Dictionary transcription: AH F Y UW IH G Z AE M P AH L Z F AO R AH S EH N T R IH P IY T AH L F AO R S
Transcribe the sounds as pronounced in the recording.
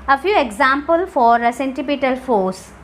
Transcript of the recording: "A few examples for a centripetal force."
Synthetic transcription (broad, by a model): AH F Y UW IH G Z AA M P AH L F AO R AH S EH N T IH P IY T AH L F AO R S